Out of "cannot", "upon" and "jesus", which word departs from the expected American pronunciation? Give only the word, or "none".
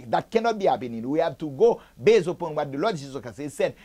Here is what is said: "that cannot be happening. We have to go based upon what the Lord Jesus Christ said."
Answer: jesus